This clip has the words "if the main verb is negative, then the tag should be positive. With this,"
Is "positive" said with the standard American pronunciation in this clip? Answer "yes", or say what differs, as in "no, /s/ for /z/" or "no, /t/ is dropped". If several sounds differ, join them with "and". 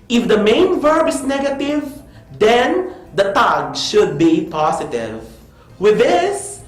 no, /s/ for /z/